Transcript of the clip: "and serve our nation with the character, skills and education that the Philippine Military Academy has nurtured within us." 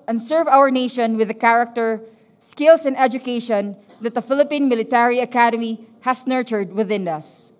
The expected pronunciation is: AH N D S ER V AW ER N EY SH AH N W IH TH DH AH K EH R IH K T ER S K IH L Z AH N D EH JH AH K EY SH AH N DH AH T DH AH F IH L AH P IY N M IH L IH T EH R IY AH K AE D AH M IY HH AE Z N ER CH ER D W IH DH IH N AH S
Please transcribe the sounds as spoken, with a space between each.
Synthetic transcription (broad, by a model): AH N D S ER V AW ER N EY SH AH N W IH DH AH K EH R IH K T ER S K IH L S AH N D EH JH AH K EY SH AH N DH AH T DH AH F IH L AH P IY N M IH L IH T EH R IY AH K AE D AH M IY HH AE S N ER CH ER D W IH DH IH N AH S